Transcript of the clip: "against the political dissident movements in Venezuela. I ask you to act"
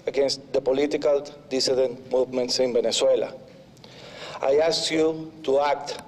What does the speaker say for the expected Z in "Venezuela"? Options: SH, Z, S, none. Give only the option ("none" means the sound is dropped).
S